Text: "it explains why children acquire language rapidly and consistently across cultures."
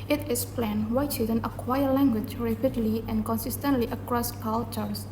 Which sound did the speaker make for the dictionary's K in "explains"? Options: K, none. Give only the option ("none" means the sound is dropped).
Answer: none